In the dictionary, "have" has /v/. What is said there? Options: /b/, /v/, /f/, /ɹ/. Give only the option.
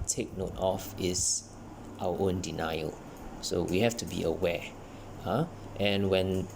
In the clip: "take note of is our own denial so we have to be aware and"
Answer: /f/